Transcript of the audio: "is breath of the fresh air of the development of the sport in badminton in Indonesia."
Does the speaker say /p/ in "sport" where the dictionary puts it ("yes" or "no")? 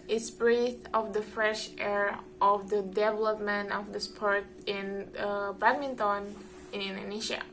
yes